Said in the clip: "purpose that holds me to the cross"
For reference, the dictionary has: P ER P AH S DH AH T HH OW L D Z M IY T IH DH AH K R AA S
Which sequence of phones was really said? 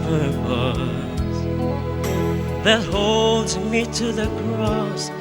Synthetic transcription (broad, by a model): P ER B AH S DH AH T HH OW L D Z M IY T IH DH AH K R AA S